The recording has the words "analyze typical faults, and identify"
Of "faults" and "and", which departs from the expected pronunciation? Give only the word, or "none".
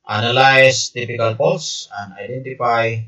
faults